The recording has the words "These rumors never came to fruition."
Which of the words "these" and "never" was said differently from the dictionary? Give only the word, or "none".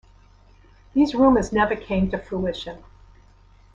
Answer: none